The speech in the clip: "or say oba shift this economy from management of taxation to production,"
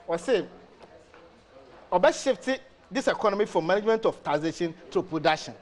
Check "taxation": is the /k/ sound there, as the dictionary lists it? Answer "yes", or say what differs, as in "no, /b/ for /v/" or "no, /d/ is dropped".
no, /k/ is dropped